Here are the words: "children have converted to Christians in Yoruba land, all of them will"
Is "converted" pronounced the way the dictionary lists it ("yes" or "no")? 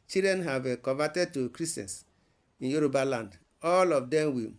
no